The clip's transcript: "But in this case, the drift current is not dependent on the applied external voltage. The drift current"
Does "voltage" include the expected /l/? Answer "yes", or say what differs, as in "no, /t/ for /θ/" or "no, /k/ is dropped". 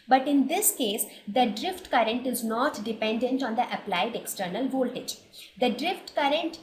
yes